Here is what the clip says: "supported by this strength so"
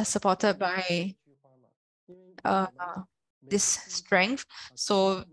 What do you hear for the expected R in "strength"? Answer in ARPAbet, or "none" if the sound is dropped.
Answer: R